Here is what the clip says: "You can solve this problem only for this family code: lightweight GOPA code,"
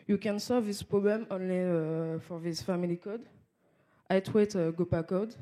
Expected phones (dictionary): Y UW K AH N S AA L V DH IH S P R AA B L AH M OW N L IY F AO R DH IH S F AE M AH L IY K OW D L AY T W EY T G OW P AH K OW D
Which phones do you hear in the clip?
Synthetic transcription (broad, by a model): Y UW K AH N S AA L V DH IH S P R AA B L AH M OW N L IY F AO R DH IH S F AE M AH L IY K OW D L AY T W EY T G OW P AH K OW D